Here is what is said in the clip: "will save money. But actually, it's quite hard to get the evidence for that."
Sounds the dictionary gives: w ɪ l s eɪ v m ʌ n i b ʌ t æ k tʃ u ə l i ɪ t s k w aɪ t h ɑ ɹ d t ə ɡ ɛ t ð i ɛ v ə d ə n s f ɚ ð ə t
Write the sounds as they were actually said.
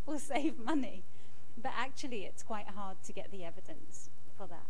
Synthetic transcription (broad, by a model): w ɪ l s eɪ v m ʌ n i b ʌ t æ k tʃ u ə l i ɪ t s k w aɪ t h ɑ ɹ d t ə ɡ ɛ t ð i ɛ v ə d ə n s f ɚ ð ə t